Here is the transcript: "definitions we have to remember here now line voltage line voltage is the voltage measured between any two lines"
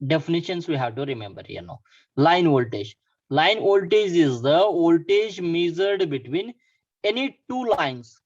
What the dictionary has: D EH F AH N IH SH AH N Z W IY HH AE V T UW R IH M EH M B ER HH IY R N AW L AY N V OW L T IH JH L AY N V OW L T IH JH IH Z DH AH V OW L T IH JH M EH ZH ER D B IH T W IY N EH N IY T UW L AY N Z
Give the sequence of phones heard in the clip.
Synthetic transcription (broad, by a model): D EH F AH N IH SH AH N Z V IY HH AE V T UW R IH M EH M B ER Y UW N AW L AY N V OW L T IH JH L AY N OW L T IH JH IH Z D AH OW L T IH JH M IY Z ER D B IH T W IY N EH N IY T UW L AY N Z